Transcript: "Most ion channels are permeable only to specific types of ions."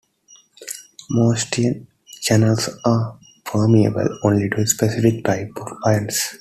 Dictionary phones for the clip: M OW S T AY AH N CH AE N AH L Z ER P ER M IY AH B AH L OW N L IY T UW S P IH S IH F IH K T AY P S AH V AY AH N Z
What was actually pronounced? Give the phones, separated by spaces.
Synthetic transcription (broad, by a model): M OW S T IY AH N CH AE N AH L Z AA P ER M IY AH B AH L OW N L IY T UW S P IH S IH F IH K T AY P AH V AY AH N S